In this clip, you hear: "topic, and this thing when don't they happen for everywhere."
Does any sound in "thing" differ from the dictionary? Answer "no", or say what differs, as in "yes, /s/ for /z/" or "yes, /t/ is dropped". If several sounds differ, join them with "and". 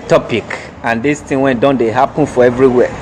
yes, /t/ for /θ/